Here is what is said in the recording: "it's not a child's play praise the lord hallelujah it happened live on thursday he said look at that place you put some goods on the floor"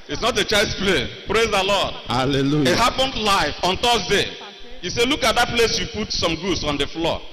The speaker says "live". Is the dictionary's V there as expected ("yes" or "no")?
no